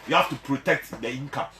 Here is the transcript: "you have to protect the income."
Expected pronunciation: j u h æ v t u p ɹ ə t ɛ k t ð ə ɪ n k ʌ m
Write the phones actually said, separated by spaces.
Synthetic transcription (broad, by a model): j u h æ f t u p ɹ ə t ɛ k t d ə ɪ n k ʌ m